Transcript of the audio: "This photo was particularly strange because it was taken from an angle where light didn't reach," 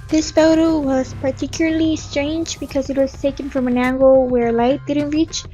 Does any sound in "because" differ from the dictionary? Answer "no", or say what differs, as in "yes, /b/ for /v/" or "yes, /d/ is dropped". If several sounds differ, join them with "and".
no